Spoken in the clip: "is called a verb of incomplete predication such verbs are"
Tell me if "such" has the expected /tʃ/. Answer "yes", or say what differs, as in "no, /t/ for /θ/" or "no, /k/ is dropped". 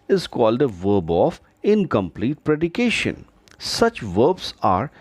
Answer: yes